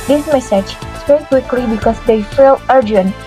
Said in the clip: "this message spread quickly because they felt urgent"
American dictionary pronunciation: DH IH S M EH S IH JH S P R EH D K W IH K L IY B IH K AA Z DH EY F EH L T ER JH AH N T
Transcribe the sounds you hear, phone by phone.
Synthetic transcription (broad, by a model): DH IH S M EH S IH JH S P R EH K W IH K L IY B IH K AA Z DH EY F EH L ER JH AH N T